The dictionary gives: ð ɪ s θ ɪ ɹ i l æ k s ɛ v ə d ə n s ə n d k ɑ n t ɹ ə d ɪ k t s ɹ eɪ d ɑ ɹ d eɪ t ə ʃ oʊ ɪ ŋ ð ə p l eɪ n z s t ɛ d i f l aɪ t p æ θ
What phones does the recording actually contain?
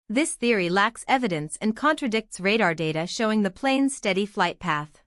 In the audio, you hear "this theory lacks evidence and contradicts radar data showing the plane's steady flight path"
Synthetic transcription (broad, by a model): ð ɪ s θ ɪ ɹ i l æ k s ɛ v ə d ə n s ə n k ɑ n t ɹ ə d ɪ k t s ɹ eɪ d ɑ ɹ d eɪ t ə ʃ oʊ ɪ ŋ ð ə p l eɪ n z s t ɛ d i f l aɪ t p æ θ